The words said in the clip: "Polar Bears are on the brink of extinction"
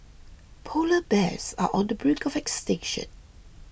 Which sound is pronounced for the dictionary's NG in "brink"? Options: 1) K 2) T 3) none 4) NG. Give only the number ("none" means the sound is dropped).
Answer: 3